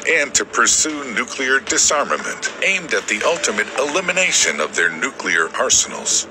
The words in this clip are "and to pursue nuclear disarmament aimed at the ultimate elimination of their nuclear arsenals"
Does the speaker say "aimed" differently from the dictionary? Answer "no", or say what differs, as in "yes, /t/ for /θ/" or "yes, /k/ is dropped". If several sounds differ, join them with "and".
no